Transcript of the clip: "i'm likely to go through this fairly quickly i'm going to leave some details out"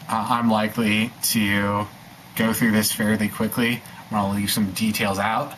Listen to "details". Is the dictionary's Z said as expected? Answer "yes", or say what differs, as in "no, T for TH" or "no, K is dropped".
yes